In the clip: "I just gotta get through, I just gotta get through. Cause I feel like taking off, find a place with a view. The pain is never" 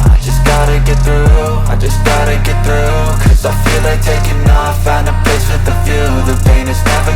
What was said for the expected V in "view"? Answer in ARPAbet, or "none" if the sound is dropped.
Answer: F